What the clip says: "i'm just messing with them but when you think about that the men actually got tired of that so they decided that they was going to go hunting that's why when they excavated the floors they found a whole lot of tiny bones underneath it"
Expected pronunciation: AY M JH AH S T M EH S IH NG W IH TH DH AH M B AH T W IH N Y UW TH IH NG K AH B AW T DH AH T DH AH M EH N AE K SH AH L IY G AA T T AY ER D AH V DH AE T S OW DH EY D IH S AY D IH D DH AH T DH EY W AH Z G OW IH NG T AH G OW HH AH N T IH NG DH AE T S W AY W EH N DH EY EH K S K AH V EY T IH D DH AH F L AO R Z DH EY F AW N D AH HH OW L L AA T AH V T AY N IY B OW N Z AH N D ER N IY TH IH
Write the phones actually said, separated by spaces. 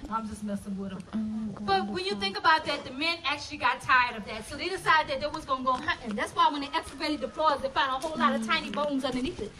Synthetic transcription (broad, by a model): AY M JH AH S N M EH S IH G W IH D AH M B AH T W IH N Y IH TH IH NG K AH B AW T DH AH T DH AH M EH N AE K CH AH L IY G AA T T AY ER D AH V DH AE T S OW DH EY D IH S AY D IH D DH AH T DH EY W AH Z G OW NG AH G OW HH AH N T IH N DH AE T S W AY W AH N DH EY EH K S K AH B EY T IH D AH P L AO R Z DH EY F AW N D AH HH OW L L AA T AH V T AY N IY B OW N Z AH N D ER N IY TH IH